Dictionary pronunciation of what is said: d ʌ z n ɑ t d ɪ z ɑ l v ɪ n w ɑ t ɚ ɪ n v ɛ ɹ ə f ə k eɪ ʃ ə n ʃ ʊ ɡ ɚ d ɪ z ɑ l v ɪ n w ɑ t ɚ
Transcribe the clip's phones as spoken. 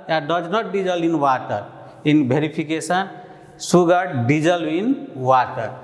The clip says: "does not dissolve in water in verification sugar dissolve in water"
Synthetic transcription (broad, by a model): d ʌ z n ɑ t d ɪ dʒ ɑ l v ɪ n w ɑ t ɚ ɪ n b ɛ ɹ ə p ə k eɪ s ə n s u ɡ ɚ d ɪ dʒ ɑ l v ɪ n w ɑ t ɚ